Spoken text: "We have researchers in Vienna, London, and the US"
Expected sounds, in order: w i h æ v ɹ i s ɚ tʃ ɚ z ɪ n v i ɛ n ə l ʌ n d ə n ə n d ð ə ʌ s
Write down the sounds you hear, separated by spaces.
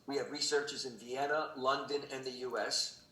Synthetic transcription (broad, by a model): w i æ v ɹ i s ɚ tʃ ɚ z ɪ n v i ɛ n ə l ʌ n d ə n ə n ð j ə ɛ s